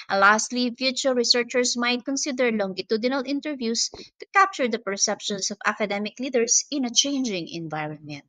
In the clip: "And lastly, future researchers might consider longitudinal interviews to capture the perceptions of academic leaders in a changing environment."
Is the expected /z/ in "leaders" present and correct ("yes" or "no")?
no